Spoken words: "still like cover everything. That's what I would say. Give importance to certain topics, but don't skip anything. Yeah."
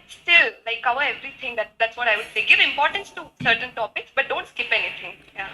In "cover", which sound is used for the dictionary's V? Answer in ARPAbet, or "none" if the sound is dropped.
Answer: none